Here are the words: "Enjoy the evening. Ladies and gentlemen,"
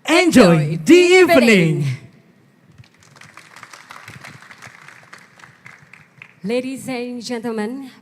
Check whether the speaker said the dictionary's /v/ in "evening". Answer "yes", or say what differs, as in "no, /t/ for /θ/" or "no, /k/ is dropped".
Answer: no, /p/ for /v/